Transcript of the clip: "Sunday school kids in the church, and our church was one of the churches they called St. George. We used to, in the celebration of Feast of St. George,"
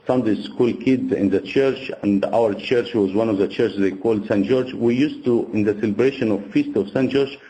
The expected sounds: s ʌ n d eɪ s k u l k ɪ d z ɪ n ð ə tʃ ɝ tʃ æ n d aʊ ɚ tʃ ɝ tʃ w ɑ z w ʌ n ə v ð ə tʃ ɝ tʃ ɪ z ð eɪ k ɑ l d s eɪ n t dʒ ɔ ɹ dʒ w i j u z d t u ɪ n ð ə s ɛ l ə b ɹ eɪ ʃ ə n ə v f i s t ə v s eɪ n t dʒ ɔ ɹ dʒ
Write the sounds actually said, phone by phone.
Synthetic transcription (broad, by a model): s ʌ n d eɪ s k u l k ɪ d z ɪ n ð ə tʃ ɝ tʃ æ n d aʊ ɚ tʃ ɝ tʃ w ɑ z w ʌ n ə v ð ə tʃ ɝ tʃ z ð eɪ k ɑ l d s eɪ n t dʒ ɔ ɹ dʒ w i j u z t u ɪ n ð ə s ɛ l ə b ɹ eɪ ʃ ə n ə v f i s t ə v s eɪ n t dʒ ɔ ɹ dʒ